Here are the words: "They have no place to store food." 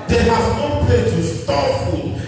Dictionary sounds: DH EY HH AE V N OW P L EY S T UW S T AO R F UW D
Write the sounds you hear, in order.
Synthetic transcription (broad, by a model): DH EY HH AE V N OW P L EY T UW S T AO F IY